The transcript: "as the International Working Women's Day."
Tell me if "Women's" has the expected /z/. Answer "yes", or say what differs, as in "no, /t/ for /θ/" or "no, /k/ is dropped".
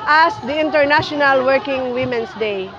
no, /s/ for /z/